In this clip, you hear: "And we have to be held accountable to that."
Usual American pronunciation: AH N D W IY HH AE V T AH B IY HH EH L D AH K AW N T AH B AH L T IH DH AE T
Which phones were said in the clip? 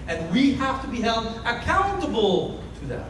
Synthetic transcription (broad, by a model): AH N W IY HH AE F T AH B IY HH EH L D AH K AW N T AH B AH L T IH DH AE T